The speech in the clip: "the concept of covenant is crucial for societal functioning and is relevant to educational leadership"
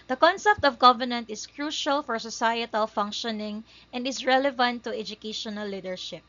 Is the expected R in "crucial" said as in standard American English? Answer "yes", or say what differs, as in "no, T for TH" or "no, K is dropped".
yes